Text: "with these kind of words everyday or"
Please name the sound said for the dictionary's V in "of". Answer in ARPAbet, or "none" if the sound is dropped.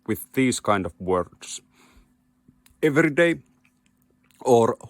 V